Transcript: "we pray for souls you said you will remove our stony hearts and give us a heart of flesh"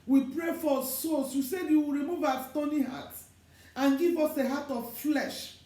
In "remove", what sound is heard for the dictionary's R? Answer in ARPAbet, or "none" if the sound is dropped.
R